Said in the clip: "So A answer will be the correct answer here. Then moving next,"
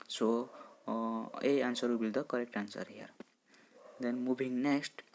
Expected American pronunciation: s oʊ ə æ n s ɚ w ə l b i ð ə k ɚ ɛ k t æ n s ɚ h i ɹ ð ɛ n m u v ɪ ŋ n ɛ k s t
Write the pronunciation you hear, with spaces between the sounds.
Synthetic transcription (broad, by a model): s oʊ ə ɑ n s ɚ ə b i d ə k ɚ ɛ k t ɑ n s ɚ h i ɹ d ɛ n m u b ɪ ŋ n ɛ k s t